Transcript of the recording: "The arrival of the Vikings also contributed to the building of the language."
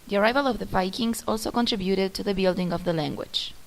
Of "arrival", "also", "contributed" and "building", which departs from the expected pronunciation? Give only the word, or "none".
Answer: none